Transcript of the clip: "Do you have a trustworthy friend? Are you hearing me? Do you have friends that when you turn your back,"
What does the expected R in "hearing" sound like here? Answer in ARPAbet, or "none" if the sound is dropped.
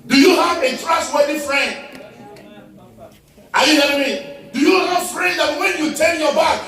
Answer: L